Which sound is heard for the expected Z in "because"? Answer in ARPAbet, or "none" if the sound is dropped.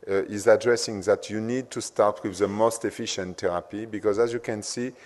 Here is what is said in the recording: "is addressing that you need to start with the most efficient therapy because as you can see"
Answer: Z